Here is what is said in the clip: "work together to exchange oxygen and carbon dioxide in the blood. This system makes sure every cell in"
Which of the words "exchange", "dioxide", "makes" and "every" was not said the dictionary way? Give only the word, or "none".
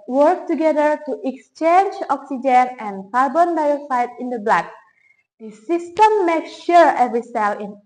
dioxide